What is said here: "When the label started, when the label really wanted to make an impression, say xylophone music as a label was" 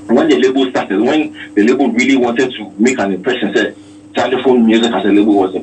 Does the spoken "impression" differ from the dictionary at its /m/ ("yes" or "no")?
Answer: yes